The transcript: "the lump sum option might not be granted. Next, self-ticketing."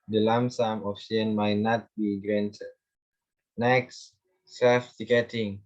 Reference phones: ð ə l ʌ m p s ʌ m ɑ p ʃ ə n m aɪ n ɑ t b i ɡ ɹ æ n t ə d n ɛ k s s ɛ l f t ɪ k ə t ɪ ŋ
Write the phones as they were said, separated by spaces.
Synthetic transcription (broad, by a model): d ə l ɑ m s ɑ m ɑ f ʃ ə n m aɪ n ɑ t b i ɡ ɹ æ n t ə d n ɛ k s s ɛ f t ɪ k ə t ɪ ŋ